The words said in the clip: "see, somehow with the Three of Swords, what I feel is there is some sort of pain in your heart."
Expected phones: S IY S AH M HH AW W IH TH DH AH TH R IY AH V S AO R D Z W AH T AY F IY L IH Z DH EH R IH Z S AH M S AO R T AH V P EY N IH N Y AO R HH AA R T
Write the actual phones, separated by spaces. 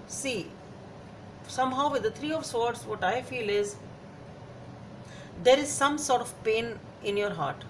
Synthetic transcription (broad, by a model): S IY S AH M HH AW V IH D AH T R IY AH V S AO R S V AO T AY F IY L IH Z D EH R IH Z S AH M S AO R T AH V P EY N IH N Y AO R HH AA R T